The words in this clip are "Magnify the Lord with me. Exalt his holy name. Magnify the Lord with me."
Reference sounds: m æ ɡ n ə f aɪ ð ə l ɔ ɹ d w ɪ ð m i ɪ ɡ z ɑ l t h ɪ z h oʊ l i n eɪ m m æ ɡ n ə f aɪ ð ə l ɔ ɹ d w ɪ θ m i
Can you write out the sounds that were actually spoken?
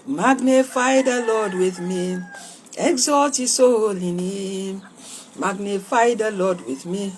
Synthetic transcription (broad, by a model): m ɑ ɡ n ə f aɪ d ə l ɔ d w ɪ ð m i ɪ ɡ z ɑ t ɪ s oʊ l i n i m m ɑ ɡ n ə f aɪ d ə l ɔ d w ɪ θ m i